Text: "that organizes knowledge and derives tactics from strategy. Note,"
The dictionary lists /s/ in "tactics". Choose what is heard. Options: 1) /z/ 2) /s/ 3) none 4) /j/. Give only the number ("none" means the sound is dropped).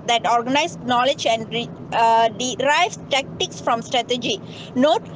2